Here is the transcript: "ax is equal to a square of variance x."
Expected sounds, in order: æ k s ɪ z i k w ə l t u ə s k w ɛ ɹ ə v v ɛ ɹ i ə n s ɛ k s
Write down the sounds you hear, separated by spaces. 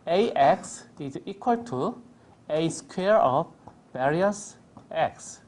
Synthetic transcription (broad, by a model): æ k s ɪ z i k w ə l t u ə s k w ɛ ɹ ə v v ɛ ɹ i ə s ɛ k s